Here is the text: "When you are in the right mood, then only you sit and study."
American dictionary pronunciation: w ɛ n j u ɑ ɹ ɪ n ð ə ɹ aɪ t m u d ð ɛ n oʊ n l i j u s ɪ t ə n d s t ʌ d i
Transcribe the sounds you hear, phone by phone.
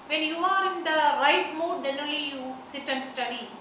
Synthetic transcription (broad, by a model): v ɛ n j u ɑ ɹ ɪ n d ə ɹ aɪ t m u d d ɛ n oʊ l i j u s ɪ t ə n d s t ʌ d i